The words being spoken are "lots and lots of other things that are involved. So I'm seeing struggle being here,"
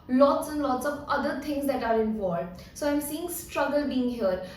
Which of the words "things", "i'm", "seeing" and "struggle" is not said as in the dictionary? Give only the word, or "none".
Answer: things